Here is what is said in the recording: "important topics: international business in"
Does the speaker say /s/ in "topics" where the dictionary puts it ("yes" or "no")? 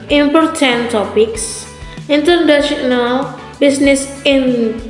yes